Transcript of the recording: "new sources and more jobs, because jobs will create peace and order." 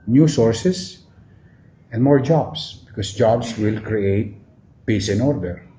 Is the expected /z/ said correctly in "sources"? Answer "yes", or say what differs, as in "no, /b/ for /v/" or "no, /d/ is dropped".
no, /s/ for /z/